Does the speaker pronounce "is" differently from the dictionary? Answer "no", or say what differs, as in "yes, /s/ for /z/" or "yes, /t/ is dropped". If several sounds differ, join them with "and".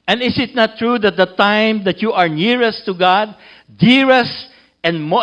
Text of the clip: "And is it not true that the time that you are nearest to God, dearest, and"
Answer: yes, /s/ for /z/